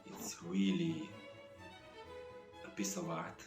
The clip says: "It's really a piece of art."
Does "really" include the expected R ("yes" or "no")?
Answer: no